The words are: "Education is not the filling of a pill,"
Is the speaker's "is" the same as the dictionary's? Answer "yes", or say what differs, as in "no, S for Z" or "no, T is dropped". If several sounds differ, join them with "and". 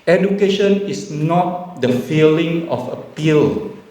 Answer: no, S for Z